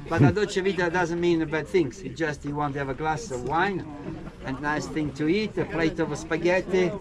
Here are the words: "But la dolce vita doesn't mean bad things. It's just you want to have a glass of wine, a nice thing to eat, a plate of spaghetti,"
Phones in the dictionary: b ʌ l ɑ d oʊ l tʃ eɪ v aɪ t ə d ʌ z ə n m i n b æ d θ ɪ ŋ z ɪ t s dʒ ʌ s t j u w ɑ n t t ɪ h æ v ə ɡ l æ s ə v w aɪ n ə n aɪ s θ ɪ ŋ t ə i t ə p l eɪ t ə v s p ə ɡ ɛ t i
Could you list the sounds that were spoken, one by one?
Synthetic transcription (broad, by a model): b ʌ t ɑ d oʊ tʃ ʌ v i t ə d ʌ z ə n m i n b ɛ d θ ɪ ŋ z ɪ dʒ ʌ s t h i w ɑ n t t ɪ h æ v ə ɡ l æ s ə v w aɪ n ə n aɪ s θ ɪ ŋ t ə i t ə p l eɪ t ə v s p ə ɡ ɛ t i